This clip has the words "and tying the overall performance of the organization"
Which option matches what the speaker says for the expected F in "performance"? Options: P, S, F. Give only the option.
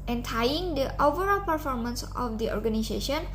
F